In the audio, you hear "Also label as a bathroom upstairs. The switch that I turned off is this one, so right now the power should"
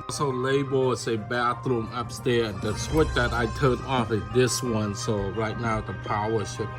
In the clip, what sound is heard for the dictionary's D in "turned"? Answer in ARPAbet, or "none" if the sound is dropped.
none